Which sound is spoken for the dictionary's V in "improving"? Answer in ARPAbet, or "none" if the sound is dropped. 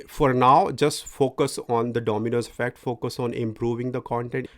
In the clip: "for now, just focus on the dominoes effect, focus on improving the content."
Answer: V